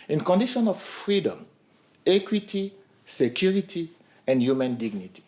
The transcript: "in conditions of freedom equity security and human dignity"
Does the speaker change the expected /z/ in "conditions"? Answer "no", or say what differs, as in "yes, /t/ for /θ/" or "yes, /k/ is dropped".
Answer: yes, /z/ is dropped